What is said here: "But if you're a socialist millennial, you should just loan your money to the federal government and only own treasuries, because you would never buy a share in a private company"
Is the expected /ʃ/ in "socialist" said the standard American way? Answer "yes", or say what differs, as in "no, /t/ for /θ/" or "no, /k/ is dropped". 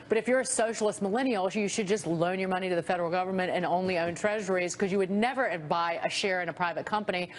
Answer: yes